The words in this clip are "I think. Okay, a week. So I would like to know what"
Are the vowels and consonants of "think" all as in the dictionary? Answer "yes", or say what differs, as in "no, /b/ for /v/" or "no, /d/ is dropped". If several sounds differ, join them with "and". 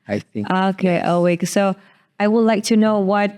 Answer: no, /k/ is dropped